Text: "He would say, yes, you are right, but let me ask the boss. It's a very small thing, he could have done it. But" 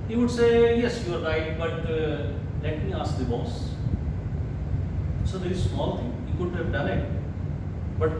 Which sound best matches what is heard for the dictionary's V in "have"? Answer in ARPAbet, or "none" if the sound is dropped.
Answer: P